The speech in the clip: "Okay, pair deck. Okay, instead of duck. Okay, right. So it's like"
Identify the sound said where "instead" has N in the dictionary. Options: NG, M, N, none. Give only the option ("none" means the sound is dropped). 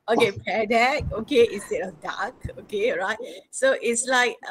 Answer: none